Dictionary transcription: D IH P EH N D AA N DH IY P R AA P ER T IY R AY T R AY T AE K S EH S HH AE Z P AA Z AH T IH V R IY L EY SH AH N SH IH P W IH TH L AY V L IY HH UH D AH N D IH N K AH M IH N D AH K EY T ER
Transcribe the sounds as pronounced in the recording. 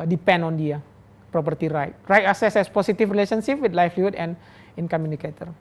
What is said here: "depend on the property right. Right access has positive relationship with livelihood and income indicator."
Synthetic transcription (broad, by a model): D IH P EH N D AA N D IY P R AA P ER T IY R AY T R AY T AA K S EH S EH S P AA S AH T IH F R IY L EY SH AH N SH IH P W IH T L AY F L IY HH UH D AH N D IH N K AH M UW N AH K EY T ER